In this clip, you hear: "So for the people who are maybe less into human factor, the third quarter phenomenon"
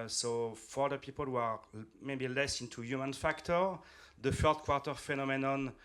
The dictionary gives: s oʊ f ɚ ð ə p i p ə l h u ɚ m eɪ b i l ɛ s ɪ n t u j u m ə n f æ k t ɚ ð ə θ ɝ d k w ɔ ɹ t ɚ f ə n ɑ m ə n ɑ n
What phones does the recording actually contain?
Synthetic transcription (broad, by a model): s oʊ f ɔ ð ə p i p ə l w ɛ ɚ m eɪ b i l ɛ s ɪ n t u j u m ə n f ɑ k t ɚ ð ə f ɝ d k w ɔ ɹ t ɚ f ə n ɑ m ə n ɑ n